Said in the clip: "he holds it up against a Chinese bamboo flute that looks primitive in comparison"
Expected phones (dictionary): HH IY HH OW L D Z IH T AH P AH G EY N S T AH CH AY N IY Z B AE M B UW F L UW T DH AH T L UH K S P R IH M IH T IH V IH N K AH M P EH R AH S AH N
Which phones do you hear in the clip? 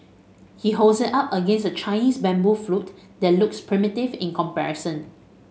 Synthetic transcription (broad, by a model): HH IY HH OW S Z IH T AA P AH G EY N S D AH CH AY N IY S B AE M B UW F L UW T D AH T L UH K S P R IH M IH T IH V IH N K AH M P EH R AH S AH N